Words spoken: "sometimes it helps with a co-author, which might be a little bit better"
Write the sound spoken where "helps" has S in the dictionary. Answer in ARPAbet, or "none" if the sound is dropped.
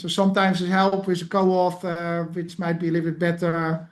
none